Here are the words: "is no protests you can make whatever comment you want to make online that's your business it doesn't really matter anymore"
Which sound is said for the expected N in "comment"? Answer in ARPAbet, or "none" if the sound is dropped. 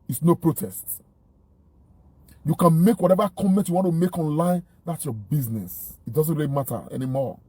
N